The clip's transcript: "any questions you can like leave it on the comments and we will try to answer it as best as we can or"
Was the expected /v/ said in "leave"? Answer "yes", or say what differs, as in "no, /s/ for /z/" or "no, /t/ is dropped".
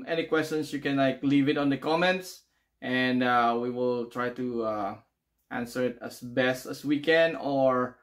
yes